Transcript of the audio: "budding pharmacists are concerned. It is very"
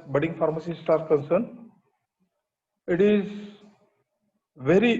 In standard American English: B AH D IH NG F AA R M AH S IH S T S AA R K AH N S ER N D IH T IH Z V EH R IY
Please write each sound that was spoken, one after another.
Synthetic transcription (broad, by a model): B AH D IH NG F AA R M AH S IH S T AA R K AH N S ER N IH T IH Z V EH R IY